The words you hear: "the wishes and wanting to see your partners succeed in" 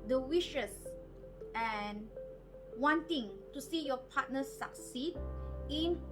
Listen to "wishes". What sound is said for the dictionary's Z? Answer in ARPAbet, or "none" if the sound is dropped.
S